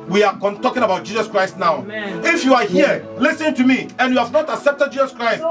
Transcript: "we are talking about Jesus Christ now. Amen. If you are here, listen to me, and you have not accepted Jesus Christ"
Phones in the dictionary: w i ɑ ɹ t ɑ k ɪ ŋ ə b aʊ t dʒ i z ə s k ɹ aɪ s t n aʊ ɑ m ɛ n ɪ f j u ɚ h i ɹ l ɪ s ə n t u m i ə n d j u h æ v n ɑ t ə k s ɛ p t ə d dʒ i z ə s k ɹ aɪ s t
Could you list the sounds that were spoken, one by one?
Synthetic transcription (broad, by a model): w i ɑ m t ɑ k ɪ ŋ ə b aʊ t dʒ i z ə s k ɹ aɪ s t n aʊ ɑ ʊ ɪ f j u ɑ h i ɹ l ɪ s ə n t u m i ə n j u h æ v n ɑ t ə k s ɛ p t ə d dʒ i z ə s k ɹ aɪ s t